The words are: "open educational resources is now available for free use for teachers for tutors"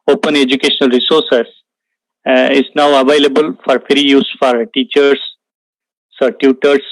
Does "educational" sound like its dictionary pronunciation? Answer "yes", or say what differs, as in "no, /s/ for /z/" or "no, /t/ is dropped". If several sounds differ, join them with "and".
yes